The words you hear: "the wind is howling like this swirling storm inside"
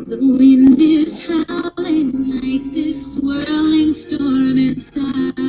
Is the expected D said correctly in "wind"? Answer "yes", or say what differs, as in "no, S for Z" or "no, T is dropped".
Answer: yes